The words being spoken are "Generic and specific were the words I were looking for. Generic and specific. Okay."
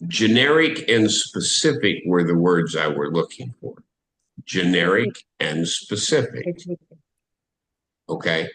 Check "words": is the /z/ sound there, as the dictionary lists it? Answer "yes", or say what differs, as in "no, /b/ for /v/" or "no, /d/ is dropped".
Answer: yes